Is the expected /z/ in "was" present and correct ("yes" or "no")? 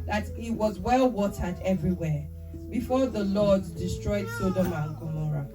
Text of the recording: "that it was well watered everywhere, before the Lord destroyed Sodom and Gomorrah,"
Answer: yes